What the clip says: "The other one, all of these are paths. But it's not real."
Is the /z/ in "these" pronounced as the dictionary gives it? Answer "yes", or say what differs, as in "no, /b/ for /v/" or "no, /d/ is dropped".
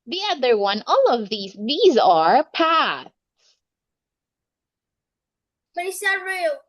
yes